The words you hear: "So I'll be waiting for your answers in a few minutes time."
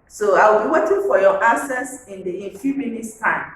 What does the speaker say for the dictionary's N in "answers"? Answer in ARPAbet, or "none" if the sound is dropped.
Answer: none